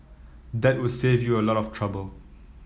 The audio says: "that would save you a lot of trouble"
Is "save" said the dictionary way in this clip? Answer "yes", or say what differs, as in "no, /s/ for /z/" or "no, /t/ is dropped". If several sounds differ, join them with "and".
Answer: yes